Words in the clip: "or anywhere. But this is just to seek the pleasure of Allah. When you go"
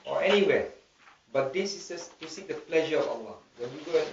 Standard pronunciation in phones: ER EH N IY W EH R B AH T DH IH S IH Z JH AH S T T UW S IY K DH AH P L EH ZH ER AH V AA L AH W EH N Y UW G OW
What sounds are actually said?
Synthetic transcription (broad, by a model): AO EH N IY W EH B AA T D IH S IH S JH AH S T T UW S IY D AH P L EH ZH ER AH F AA L AH W EH N Y UW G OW